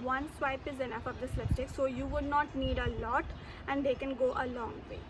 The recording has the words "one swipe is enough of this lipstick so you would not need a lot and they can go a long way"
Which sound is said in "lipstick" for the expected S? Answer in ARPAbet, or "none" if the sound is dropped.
none